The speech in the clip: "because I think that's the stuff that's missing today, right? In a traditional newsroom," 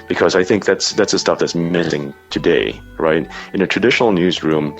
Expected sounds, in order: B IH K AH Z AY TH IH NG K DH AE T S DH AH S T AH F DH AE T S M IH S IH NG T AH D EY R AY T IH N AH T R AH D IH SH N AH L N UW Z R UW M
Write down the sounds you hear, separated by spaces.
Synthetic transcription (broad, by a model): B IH K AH Z AY TH IH NG K DH AE T S DH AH S T AH F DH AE T S M IH S IH NG T AH D EY R AY T IH N AH T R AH D IH SH N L N UW Z R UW M